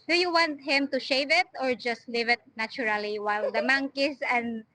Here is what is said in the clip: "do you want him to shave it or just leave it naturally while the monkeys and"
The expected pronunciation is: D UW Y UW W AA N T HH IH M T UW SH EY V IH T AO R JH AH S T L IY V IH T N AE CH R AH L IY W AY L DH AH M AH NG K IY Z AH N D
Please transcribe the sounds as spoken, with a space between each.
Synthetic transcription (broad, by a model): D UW Y UW W AA N T HH IH M T UW SH EY V IH T AO R JH AH S T L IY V IH T N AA CH R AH L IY W AY L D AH M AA NG K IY S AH N D